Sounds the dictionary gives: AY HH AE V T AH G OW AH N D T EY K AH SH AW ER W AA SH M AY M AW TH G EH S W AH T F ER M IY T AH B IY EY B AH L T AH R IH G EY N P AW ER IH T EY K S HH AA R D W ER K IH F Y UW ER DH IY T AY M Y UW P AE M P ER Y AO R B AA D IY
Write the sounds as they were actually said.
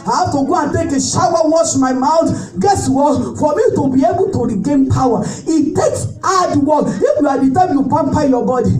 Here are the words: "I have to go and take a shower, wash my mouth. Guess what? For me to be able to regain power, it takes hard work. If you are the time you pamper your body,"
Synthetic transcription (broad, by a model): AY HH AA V T AH G OW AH N T EY K AH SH AW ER W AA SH M AY M AW T G EH S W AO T F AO M IY T AH B IY EY B AH L T AH R IH G EY N P AW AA IH T EY K S AA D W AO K IH F Y UW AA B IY T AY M Y UW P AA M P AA Y AO B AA D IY